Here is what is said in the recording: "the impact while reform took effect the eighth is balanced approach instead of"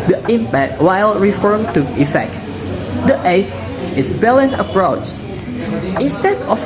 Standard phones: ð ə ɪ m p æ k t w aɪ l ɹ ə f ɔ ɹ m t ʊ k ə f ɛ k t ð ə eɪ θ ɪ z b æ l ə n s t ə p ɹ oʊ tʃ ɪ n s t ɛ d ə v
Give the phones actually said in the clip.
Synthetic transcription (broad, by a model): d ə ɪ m p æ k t w aɪ l ɹ ə f ɔ ɹ m t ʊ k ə f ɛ k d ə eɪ t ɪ s b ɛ l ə n t ə p ɹ oʊ tʃ ɪ n s t ɛ d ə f